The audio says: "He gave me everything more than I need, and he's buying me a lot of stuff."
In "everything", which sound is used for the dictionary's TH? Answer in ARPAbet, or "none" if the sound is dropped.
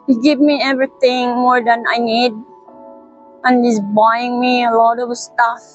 T